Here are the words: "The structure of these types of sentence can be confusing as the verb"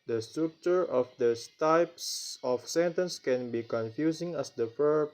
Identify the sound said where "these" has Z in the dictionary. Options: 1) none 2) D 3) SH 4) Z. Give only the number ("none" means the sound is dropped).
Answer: 1